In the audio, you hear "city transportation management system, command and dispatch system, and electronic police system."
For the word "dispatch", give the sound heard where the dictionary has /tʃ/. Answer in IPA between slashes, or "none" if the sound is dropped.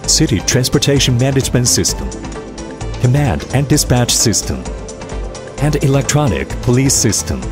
/tʃ/